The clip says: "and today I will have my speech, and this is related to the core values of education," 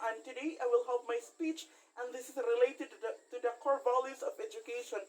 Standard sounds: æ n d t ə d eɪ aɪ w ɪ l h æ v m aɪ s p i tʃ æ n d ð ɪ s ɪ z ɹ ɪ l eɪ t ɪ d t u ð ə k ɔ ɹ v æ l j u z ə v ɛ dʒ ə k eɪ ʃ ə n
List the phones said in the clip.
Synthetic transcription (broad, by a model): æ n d t ə d eɪ aɪ w ɪ l h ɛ p m aɪ s p i tʃ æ n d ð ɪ s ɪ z ɹ ɪ l eɪ t ɪ d t u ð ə k ɔ ɹ b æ l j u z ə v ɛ dʒ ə k eɪ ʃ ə n